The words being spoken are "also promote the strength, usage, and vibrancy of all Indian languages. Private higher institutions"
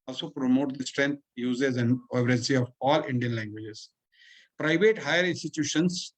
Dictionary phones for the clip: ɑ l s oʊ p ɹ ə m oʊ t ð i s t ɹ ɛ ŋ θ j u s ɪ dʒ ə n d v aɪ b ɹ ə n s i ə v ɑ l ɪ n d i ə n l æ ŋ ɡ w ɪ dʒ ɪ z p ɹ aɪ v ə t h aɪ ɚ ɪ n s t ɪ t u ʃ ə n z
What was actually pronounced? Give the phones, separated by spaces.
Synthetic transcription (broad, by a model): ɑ l s oʊ p ɹ ə m oʊ t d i s t ɹ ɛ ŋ t j u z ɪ z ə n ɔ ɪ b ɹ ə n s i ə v ɑ l ɪ n d i ə n l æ ŋ ɡ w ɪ dʒ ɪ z p ɹ aɪ v ə t h aɪ ɚ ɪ n s t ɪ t u ʃ ə n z